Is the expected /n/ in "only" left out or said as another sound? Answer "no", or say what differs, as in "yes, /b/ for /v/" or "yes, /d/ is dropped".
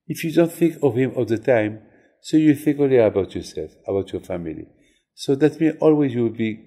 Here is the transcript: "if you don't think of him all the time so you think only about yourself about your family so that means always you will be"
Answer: yes, /n/ is dropped